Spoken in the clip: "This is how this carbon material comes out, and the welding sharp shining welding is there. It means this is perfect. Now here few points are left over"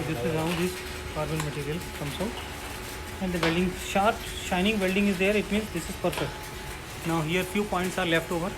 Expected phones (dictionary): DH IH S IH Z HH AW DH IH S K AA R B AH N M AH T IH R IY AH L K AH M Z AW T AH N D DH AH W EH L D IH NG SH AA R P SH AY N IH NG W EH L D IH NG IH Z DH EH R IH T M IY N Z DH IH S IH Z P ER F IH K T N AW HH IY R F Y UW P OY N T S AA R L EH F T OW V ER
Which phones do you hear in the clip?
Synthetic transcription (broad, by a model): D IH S IH Z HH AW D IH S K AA R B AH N M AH T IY R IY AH L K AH M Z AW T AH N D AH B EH L D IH NG SH AA R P SH AY N IH NG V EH L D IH NG IH Z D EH R IH T M IY N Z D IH S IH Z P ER P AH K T N AW HH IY R F Y UW P OY N T S AA R L EH F T OW V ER